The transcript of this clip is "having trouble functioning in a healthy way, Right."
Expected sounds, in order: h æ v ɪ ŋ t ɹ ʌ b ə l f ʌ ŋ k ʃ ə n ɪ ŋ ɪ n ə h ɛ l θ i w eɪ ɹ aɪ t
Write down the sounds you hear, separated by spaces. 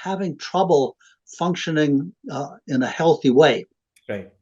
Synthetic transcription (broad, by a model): h æ v ɪ ŋ t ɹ ʌ b l f ʌ ŋ k ʃ ə n ɪ ŋ ɪ n ə h ɛ l θ i w eɪ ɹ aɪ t